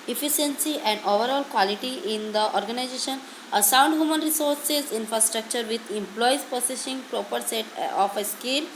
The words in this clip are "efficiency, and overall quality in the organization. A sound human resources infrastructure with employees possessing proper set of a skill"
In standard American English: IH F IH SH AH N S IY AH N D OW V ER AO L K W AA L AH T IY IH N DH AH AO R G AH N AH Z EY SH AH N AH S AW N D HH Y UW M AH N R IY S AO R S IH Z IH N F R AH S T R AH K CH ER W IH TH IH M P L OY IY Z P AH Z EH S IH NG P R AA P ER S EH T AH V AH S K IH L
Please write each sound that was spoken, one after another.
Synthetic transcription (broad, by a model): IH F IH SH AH N S IY AH N D OW V ER AO L K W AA L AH T IY IH N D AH AO R G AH N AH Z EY SH AH N AH S AW N D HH Y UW M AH N R IY S AO R S IH Z IH N F R AH S T R AH K CH ER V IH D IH M P L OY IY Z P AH S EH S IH NG P R AA P ER S EH T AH F AH S K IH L